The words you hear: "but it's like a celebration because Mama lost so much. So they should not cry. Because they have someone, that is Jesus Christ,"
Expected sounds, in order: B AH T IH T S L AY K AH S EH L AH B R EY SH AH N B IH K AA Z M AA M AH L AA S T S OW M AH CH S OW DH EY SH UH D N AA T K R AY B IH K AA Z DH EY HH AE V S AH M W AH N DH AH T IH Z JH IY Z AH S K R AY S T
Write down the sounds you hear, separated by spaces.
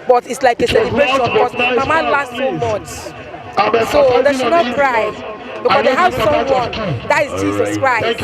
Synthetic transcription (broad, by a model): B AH T IH T S L AY K AH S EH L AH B R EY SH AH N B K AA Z M AA M AH L AA S T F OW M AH S S OW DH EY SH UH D N AA T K R AY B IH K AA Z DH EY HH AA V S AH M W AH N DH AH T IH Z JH IY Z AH S K R AY S T